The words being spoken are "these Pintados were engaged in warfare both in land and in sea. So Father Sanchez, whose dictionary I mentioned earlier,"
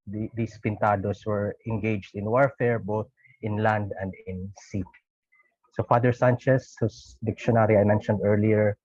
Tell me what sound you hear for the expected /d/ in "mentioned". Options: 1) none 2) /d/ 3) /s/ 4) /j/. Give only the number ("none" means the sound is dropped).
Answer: 2